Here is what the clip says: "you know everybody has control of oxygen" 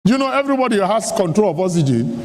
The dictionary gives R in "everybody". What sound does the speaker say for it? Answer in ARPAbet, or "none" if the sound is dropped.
R